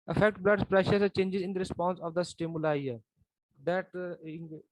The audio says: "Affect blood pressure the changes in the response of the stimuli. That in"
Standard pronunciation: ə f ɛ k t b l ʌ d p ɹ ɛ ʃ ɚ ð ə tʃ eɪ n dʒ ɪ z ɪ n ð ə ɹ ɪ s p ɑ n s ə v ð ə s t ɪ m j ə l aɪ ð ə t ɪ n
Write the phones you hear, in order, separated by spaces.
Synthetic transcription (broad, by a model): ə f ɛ k t b l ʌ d p ɹ ɛ ʃ ɚ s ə tʃ eɪ n dʒ ɪ z ɪ n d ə ɹ ɪ s p ɑ n s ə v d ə s t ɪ m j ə l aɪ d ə t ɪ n